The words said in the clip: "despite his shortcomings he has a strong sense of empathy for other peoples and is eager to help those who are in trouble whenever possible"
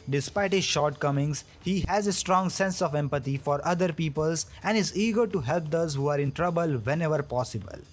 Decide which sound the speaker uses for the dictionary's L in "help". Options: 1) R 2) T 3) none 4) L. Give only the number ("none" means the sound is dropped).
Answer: 4